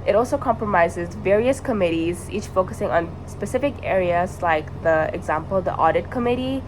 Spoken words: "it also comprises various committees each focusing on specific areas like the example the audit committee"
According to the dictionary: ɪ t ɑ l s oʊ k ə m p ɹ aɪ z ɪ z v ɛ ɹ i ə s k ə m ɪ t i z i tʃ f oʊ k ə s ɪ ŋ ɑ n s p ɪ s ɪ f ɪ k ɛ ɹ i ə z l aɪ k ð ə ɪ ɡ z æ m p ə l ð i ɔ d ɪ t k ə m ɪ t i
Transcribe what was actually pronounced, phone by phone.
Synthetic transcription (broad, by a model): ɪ t ɑ l s oʊ k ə m p ɹ aɪ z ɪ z v ɛ ɹ i ə s k ə m ɪ t i z i tʃ f oʊ k ə s ɪ ŋ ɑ n s p ɪ s ɪ f ɪ k ɛ ɹ i ə z l aɪ k ð ə ɪ ɡ z æ m p ə l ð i ɔ d ɪ t k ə m ɪ t i